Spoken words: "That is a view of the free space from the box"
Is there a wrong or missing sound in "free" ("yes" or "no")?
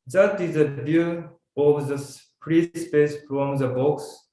yes